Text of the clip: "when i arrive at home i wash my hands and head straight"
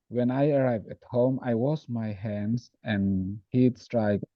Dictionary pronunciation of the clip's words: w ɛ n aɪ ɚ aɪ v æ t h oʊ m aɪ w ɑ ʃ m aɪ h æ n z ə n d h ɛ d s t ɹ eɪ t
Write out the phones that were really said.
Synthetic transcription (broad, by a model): w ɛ n aɪ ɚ aɪ v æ t h oʊ m aɪ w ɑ s m aɪ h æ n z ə n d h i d s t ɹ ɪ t